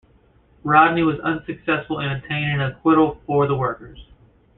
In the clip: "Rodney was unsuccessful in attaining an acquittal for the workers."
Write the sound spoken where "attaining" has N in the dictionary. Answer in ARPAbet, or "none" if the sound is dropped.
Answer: none